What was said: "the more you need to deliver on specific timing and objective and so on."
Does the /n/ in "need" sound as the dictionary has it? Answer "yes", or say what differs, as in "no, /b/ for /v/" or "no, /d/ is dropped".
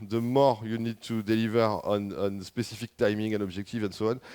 yes